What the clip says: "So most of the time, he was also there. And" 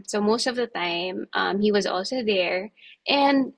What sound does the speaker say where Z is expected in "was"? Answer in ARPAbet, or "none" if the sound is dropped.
Z